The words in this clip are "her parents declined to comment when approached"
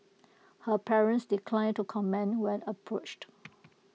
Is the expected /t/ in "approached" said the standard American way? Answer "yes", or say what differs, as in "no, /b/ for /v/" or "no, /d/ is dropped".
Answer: yes